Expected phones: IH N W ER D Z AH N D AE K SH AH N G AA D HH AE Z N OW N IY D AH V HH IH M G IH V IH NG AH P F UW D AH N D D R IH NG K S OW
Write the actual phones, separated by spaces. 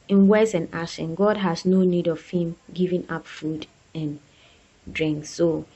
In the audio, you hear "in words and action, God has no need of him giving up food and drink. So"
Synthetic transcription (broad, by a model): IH N W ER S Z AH N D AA SH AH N G AA D HH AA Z N OW N IY D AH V HH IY M G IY V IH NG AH P F UW D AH N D D R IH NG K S OW